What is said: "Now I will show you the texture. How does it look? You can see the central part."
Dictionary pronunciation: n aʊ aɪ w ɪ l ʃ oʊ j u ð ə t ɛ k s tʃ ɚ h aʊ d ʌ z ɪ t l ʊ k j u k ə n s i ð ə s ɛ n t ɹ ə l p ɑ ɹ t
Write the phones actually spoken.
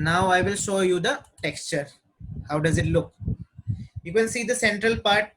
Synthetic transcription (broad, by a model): n aʊ aɪ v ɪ l ʃ oʊ j u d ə t ɛ k s tʃ ɚ h aʊ d ʌ z ɪ t l ʊ k j u k ə n s i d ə s ɛ n t ɹ ə l p ɑ ɹ t